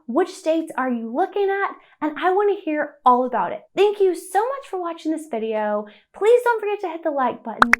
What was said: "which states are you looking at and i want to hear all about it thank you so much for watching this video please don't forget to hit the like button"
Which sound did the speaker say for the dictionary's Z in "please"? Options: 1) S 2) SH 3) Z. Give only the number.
3